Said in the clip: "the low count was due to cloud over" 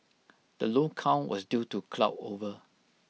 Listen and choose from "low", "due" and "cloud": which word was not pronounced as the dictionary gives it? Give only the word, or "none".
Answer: cloud